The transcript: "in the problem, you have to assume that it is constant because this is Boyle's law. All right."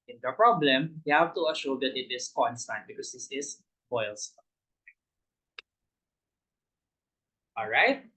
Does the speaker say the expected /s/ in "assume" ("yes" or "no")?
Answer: no